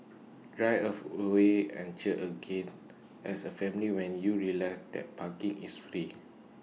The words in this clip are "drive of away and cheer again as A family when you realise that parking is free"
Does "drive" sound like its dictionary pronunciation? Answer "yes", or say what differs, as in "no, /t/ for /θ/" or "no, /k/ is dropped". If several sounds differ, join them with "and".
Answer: no, /v/ is dropped